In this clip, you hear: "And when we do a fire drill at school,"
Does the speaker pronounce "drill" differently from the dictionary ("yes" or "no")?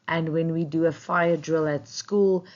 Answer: no